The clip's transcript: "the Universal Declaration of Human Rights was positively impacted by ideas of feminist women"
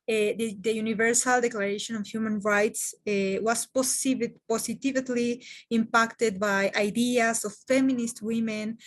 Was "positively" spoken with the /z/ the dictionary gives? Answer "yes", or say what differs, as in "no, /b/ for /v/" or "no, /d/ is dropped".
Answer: no, /s/ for /z/